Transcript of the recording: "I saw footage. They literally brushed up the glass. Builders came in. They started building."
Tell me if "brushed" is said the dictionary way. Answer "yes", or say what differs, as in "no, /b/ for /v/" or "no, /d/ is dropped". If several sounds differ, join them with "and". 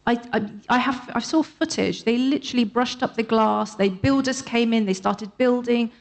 yes